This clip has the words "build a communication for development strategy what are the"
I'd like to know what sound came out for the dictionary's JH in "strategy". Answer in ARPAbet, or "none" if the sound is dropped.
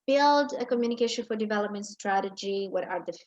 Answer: JH